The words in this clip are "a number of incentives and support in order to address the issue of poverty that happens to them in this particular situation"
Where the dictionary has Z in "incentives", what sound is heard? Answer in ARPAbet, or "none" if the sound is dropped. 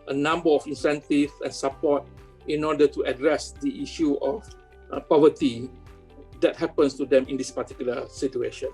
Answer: none